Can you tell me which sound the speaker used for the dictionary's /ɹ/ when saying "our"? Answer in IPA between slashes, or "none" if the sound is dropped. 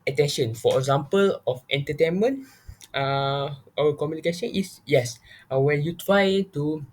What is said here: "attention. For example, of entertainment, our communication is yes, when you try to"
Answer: /w/